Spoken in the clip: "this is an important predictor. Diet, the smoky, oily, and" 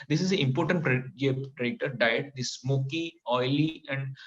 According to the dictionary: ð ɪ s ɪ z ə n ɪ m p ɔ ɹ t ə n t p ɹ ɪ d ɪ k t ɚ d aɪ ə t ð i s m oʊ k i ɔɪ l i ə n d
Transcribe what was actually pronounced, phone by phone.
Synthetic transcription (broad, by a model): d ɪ s ɪ z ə ɪ m p ɔ ɹ t ə n t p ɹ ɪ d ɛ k t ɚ d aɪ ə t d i s m oʊ k i ɔɪ l i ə n d